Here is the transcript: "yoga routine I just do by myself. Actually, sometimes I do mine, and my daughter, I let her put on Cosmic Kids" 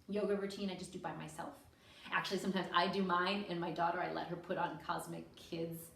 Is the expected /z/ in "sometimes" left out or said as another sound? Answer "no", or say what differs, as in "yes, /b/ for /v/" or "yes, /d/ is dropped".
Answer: no